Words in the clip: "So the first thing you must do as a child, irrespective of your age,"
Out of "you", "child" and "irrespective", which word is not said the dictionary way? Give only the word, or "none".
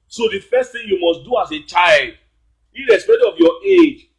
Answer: irrespective